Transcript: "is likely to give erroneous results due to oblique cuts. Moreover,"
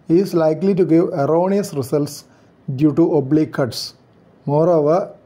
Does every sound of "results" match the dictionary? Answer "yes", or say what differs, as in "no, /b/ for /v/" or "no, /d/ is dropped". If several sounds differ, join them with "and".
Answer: no, /s/ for /z/